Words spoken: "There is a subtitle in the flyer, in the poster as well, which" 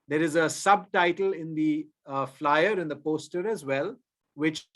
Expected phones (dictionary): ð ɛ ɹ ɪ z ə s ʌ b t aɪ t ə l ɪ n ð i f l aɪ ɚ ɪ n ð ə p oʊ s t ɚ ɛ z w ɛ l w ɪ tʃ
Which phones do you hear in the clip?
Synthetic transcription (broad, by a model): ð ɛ ɹ ɪ z ə s ʌ b t aɪ t ə l ɪ n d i f l aɪ ɚ ɪ n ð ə p oʊ s t ɚ ɛ z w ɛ l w ɪ tʃ